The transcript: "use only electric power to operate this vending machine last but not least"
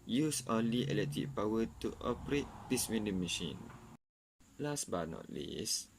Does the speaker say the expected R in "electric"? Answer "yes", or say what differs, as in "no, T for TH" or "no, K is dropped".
no, R is dropped